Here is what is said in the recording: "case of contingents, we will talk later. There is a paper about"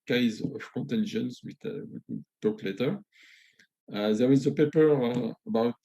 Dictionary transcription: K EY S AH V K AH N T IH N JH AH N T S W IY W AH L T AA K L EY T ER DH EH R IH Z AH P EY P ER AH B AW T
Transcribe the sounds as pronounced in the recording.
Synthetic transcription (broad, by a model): K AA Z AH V K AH N T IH N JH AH N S W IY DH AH W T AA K L EY T ER DH EH R IH Z AH P EY P ER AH B AW T